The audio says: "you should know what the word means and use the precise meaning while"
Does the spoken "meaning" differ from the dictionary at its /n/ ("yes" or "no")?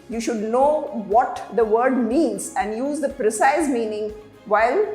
no